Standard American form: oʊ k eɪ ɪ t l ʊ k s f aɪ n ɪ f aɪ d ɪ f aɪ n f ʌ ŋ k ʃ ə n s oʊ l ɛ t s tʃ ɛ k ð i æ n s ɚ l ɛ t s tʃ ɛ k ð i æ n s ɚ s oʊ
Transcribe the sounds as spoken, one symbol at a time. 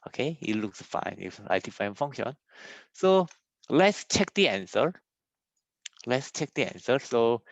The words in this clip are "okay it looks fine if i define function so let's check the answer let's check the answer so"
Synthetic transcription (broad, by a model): oʊ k eɪ ɪ t l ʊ k s f aɪ n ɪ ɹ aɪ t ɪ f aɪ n f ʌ ŋ ʃ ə n s oʊ l ɛ t s tʃ ɛ k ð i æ n s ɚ l ɛ t s tʃ ɛ k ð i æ n s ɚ s oʊ